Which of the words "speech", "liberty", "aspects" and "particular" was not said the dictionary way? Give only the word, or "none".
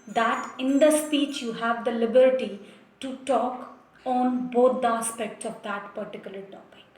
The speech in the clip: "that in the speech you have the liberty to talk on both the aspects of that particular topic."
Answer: none